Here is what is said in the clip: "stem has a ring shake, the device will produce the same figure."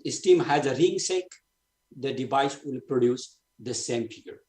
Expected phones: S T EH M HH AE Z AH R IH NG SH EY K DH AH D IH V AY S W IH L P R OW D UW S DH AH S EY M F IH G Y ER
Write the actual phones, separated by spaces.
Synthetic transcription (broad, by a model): S T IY M HH AE Z AH R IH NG S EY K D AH D IH V AY S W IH L P R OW D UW S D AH S EY M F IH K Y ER